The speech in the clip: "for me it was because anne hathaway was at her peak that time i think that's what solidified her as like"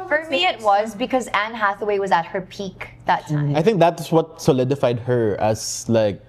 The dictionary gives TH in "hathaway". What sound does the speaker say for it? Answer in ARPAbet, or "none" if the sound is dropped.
TH